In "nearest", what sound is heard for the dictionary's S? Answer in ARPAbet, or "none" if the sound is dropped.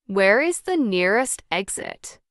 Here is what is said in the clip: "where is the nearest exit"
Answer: S